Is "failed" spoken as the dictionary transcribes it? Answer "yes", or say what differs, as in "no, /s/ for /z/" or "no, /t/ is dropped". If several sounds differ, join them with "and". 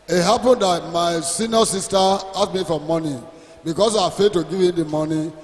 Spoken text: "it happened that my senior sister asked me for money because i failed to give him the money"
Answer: no, /l/ is dropped